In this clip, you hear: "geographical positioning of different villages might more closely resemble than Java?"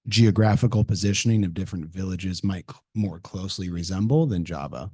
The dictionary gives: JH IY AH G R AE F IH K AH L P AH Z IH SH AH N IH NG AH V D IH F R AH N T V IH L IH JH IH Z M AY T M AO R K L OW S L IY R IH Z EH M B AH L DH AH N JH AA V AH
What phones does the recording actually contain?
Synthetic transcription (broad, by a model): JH IY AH G R AE F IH K L P AH Z IH SH AH N IH NG AH V D IH F R AH N T V IH L IH JH IH Z M AY T M AO R K L OW S L IY R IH Z EH M B L DH AH N JH AA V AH